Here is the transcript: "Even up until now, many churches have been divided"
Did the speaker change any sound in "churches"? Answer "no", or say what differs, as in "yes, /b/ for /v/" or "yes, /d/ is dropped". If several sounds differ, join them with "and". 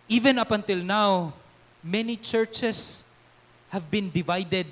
yes, /s/ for /z/